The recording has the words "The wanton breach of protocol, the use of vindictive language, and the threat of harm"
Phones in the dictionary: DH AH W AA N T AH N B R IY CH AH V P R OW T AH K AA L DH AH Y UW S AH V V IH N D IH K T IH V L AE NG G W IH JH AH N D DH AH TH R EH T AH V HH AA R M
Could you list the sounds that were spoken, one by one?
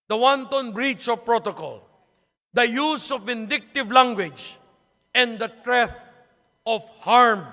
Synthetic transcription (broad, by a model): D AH W AA N T AH N B R IY CH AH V P R OW T AH K AA L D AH Y UW S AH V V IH N D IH K T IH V L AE NG G W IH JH AH N D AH T R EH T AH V HH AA R M